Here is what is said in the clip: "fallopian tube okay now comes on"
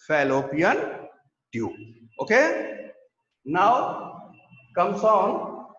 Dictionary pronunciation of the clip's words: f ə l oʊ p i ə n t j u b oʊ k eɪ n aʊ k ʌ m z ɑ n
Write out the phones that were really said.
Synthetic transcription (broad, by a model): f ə l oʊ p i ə n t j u oʊ k eɪ n aʊ k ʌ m s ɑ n